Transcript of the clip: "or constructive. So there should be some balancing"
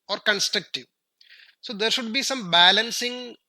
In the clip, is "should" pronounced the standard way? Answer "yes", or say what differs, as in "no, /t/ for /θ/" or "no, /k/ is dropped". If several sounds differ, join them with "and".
yes